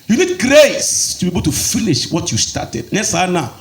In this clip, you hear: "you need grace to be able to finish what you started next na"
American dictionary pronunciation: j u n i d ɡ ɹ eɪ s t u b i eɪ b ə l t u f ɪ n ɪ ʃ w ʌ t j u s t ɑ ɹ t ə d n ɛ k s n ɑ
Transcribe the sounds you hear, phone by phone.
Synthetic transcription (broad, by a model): j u n i d ɡ ɹ eɪ s t u b i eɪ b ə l t u f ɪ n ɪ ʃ w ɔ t j u s t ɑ t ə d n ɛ s n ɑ